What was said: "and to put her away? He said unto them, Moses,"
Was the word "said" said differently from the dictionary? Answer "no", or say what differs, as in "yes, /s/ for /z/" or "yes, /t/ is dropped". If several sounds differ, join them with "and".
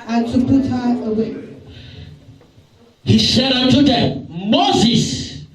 yes, /ʃ/ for /s/